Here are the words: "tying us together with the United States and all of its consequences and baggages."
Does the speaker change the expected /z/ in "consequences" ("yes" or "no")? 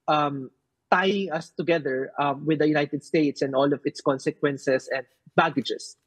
yes